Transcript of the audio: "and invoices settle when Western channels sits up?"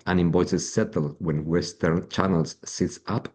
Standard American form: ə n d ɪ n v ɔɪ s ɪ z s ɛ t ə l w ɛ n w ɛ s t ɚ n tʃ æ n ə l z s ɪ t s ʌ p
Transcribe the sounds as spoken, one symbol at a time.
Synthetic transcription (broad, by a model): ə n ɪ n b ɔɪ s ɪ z s ɛ t ə l w ɛ n w ɛ s t ɚ n tʃ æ n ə l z s ɪ t s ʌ p